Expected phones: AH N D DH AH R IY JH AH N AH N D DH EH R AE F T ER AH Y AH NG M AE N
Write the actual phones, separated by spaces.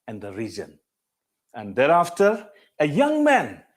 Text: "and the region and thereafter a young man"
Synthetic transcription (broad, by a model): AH N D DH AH R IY Z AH N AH N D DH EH R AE F T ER AH Y AH NG M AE N